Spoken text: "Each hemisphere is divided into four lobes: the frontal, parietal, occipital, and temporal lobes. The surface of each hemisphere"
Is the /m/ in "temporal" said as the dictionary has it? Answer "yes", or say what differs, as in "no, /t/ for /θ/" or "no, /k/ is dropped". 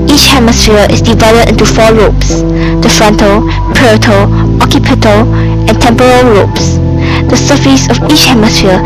yes